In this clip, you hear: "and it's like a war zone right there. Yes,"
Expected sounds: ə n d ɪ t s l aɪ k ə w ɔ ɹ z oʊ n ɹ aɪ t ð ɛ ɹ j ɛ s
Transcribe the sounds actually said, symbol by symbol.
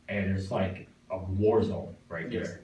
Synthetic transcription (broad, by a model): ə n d ɪ t s l aɪ k ə w ɔ ɹ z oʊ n ɹ aɪ t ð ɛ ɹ